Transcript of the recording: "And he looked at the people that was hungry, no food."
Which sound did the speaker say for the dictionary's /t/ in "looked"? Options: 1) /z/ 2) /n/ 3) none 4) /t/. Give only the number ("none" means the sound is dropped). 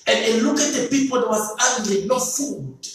3